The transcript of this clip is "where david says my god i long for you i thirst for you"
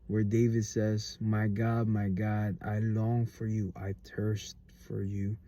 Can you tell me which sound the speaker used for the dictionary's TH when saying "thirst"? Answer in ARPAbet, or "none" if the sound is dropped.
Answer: T